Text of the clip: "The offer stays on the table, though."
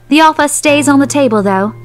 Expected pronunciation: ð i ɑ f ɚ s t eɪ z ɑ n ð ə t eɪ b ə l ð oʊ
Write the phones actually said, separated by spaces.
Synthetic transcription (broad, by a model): ð i ɑ f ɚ s t eɪ z n ð ə t eɪ b ə l ð oʊ